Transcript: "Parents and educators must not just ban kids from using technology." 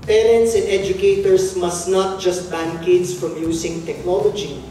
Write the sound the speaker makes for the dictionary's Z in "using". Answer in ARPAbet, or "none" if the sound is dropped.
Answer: S